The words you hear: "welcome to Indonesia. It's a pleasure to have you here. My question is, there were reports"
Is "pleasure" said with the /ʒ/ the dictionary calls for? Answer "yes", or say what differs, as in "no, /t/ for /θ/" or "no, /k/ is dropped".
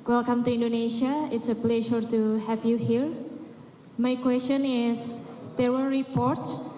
no, /ʃ/ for /ʒ/